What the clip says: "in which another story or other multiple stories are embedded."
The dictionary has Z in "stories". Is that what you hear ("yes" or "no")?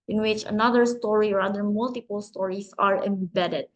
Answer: no